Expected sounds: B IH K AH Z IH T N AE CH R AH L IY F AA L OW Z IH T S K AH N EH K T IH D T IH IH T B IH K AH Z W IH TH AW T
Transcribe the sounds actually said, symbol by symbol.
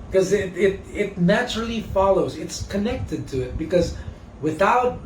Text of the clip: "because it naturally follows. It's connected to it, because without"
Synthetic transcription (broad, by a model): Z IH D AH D IH T N AE CH R L IY F AA L OW Z IH T S K AH N EH K T IH D T IH IH T B IH K AH Z W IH TH AW T